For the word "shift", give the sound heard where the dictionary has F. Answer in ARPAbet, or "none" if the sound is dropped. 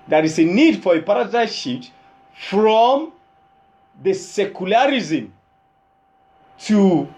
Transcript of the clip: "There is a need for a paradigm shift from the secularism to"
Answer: none